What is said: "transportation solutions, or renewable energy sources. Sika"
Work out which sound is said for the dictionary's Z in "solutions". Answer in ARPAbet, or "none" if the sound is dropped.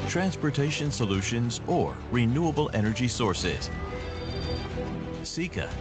Z